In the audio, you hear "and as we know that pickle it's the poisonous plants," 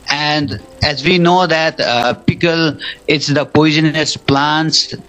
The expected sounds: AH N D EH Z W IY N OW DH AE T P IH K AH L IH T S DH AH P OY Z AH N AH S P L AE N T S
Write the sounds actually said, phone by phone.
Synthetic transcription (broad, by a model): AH N D EH Z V IY N OW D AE T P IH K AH L IH T S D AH P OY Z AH N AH S P L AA N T S